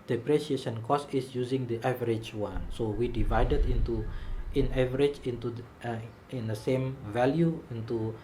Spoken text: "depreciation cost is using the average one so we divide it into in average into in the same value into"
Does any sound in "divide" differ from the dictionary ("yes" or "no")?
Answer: no